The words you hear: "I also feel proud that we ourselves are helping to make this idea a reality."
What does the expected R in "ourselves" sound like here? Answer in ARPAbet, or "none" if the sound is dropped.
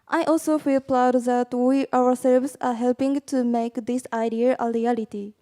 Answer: W